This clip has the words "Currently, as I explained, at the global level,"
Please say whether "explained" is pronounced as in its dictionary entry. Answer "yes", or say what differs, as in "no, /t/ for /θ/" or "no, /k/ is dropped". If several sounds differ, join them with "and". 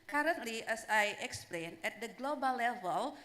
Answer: no, /d/ is dropped